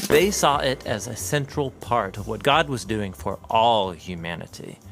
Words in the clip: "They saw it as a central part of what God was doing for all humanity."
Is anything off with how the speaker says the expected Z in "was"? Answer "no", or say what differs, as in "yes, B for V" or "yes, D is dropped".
no